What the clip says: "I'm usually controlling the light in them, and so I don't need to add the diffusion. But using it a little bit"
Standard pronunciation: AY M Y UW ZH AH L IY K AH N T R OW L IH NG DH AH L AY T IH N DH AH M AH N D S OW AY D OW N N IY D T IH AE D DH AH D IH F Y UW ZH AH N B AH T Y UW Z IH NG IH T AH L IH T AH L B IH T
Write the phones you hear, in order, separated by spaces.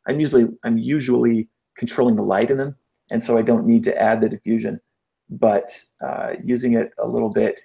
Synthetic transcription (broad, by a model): AY M Y UW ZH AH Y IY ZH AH N T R OW L IH NG DH AH L AY T IH N DH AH M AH N S OW AY D OW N N IY D T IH AE D DH AH D IH F Y UW ZH AH N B AH T Y UW Z IH NG IH T AH L IH T L B IH T